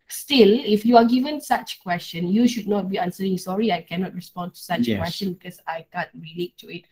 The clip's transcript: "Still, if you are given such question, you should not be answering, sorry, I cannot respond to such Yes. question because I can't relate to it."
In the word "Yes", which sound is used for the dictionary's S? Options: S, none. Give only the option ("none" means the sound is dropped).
none